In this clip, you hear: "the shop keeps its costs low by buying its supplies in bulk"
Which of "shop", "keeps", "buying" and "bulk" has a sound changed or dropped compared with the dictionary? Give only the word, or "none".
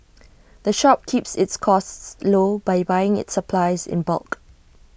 none